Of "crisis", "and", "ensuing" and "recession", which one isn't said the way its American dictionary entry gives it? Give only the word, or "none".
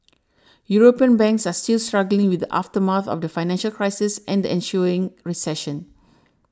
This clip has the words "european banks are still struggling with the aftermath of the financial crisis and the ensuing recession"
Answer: ensuing